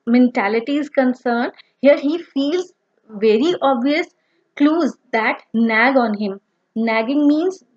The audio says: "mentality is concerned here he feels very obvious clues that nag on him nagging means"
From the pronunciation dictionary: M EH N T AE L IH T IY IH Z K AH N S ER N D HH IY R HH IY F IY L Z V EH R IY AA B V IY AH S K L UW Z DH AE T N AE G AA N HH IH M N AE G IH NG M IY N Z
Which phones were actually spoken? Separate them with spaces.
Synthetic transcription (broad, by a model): M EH N T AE L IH T IY IH Z K AH N S ER N D HH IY R HH IY F IY L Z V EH R IY AA B V IY AH S K L UW Z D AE T N AE G AA N HH IH M N AE G IH NG M IY N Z